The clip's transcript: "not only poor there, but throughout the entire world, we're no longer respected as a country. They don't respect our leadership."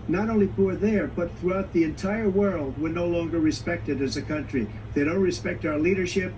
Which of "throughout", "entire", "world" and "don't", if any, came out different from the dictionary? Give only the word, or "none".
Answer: none